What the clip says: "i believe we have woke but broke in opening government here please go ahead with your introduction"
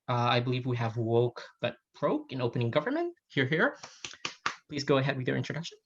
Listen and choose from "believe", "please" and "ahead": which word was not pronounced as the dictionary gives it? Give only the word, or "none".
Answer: none